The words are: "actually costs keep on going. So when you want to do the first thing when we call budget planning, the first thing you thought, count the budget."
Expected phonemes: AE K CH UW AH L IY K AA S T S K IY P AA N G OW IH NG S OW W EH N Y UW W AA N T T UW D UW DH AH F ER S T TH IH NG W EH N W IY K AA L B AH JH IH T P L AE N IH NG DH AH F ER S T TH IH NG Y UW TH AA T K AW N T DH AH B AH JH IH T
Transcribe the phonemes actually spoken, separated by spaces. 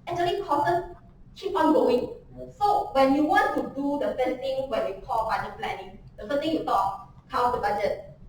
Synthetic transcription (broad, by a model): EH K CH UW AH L IY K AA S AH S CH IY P AA N G OW IH NG S OW W EH N Y UW W AA N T T UW D UW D AH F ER S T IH NG W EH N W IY K AA L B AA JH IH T P L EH N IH NG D AH F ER S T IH NG Y UW T AA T K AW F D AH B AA JH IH T